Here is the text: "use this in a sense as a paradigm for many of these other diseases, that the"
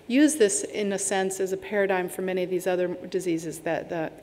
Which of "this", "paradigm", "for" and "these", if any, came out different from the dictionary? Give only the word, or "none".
none